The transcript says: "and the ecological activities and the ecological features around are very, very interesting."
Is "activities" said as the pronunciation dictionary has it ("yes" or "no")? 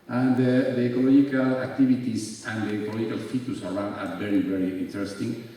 no